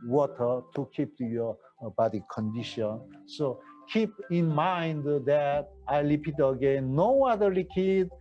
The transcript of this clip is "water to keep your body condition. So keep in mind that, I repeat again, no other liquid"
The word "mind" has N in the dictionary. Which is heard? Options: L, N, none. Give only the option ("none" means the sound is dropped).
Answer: N